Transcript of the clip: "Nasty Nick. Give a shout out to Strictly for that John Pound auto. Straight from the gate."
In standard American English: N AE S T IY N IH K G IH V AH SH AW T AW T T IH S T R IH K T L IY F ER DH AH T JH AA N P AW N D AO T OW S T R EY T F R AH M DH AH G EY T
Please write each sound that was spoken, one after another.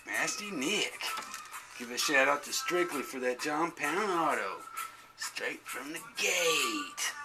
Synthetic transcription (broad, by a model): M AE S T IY N IH K G IH V AH SH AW T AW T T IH S T R IH K T L IY F ER DH AH T JH AA N P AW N AO T OW S T R EY T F R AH M DH AH G EY T